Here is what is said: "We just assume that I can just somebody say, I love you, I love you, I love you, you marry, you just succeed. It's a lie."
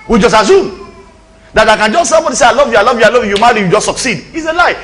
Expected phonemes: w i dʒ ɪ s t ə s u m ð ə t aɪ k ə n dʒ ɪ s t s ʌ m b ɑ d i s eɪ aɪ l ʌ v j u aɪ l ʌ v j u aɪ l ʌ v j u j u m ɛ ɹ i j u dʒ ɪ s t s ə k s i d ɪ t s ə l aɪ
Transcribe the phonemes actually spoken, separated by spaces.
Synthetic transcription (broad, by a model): w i dʒ ɪ s t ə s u m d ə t aɪ k ə n dʒ ɪ s t s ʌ m b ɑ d i s eɪ aɪ l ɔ v j u aɪ l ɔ v j u aɪ l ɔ v j u j u m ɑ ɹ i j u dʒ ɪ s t s ə k s i d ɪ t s ə l aɪ